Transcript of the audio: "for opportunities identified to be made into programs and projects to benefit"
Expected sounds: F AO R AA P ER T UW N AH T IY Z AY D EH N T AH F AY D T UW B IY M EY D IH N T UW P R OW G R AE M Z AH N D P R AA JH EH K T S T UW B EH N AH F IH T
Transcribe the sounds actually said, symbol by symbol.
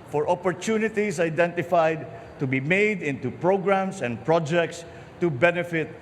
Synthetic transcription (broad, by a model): F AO R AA P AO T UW N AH T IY S AY D EH N T AH F AY D T UW B IY M EY D IH N T UW P R OW G R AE M S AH N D P R AA JH EH K T S T UW B EH N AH F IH T